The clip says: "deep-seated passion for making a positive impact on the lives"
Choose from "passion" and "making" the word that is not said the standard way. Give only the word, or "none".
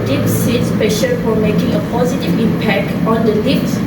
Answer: passion